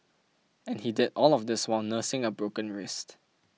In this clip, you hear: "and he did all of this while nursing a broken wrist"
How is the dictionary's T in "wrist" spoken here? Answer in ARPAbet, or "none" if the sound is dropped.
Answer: T